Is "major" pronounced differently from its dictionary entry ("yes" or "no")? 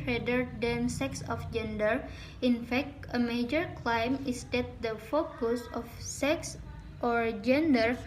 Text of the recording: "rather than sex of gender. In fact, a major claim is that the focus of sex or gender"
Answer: no